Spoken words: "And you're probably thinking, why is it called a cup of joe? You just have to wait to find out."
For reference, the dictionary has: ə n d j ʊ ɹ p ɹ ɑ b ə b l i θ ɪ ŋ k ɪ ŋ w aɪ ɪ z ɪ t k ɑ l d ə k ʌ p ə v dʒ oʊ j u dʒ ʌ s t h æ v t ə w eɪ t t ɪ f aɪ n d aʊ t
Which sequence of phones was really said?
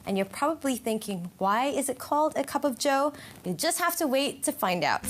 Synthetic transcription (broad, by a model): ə n j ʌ ɹ p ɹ ɑ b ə b l i θ ɪ ŋ k ɪ ŋ w aɪ ɪ z ɪ t k ɑ l d ə k ʌ p ə v dʒ oʊ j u dʒ ʌ s t h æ f t ə w eɪ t t ɪ f aɪ n d aʊ t